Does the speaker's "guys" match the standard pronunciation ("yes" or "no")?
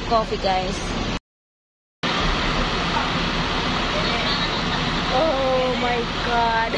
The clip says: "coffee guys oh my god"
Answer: no